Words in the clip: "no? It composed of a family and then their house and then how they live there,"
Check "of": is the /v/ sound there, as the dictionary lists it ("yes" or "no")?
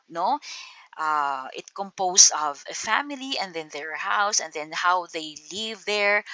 yes